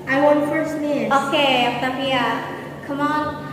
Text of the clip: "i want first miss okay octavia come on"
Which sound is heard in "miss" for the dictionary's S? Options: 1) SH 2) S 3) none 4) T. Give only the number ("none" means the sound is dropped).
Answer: 3